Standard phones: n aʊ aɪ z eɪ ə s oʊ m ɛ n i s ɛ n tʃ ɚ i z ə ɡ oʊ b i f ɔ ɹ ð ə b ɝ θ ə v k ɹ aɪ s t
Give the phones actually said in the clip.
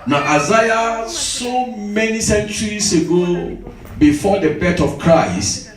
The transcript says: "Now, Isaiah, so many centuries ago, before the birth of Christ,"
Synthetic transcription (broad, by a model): n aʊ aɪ z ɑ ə s oʊ m ɛ n i s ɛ n tʃ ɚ i s ə ɡ oʊ b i f ɔ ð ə b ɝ t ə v k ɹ aɪ s t